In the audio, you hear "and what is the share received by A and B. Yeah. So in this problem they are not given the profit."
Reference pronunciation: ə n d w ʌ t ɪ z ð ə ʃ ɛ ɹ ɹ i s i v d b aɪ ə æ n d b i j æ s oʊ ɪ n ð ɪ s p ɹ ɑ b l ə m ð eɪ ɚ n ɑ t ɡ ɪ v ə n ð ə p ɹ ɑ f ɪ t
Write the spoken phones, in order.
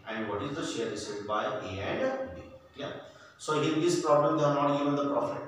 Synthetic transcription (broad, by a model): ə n d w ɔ t ɪ z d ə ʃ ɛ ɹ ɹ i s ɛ d b aɪ ə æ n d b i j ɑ s oʊ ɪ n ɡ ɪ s p ɹ ɑ b l ə m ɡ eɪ ɚ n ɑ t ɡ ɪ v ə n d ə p ɹ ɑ f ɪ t